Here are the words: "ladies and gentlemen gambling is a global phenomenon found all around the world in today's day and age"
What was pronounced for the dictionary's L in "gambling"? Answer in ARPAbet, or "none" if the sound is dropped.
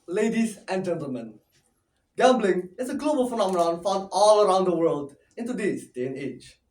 L